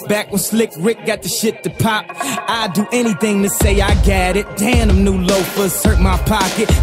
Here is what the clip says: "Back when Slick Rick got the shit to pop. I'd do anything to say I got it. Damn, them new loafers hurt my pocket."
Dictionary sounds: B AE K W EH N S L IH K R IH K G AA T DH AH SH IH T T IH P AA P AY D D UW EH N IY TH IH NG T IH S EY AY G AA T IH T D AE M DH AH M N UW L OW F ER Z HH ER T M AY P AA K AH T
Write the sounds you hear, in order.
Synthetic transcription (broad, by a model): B AE K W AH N S L IH K R IH K G AA T DH AH SH IH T T IH P AA P AY D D EH N IY TH IH NG T IH S EY AY G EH T IH T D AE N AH M N UW L OW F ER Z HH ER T M AY P AA K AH T